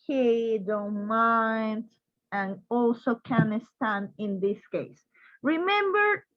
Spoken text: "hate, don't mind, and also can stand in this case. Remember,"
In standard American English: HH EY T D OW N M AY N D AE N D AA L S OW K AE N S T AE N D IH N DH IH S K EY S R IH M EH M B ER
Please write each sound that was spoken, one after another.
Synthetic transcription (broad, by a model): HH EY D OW M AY N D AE N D AA L S OW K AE N S T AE N IH N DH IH S K EY S R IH M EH M B ER